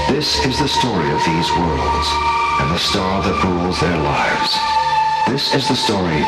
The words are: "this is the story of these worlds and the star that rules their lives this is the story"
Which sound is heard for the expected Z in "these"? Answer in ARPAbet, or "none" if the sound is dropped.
Z